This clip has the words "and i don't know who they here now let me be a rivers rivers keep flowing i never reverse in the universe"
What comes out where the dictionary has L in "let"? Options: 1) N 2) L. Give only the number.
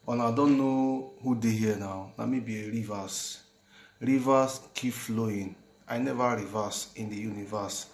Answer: 1